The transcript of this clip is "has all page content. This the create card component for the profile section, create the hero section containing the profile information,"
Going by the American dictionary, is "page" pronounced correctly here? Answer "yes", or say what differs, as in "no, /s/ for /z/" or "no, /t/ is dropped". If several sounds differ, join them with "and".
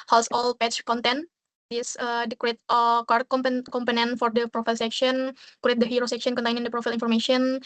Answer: no, /tʃ/ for /dʒ/